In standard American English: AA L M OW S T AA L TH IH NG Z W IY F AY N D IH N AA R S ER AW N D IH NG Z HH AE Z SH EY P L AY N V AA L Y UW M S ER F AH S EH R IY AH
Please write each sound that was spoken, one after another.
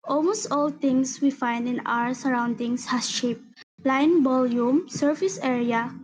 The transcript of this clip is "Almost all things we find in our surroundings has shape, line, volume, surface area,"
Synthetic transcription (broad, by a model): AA L M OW S T AA L T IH NG S W IY F AY N D IH N AA R S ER AW N D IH NG S HH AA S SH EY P L AY N B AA L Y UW M S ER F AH S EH R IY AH